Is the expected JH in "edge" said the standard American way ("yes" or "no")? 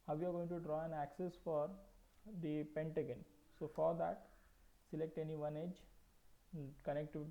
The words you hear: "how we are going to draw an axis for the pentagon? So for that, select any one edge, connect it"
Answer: yes